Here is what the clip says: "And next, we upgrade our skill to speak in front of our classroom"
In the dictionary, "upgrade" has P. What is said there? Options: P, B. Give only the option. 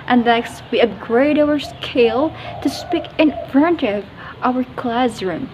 B